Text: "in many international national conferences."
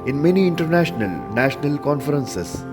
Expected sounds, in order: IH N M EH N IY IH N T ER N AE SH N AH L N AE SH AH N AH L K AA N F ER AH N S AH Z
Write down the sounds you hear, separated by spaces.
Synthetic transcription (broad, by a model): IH N M EH N IY IH N T ER N AE SH N AH L N AE SH AH N AH L K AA N F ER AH N S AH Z